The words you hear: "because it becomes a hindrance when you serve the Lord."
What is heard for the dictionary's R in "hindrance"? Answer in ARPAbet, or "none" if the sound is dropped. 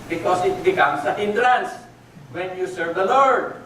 L